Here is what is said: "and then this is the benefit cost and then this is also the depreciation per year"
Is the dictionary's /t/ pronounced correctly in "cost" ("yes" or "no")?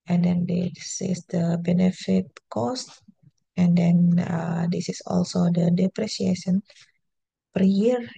yes